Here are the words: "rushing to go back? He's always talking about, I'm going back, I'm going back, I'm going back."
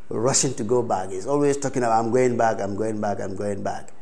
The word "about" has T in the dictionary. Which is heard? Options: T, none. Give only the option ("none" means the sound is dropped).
none